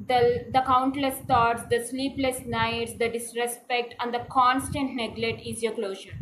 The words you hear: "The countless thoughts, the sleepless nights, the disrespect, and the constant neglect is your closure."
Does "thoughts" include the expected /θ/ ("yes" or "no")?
no